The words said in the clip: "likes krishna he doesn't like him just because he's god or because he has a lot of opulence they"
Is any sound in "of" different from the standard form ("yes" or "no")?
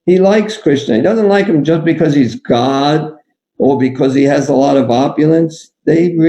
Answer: no